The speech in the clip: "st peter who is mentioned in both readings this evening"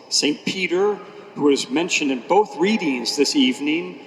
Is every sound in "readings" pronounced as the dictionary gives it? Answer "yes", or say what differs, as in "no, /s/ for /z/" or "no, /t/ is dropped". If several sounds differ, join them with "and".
yes